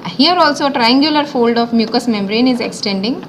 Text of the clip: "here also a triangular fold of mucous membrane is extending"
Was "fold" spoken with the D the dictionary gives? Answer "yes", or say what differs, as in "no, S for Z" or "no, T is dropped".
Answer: yes